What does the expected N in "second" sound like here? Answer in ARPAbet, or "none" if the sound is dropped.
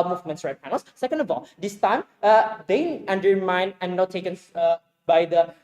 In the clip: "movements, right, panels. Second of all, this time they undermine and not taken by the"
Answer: N